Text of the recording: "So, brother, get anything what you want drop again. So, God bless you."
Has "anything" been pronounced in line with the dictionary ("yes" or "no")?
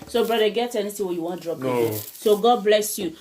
no